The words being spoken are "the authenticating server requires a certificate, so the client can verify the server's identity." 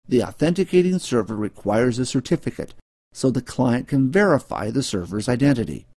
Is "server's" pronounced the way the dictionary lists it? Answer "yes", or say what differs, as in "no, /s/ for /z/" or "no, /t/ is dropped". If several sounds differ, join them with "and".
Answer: yes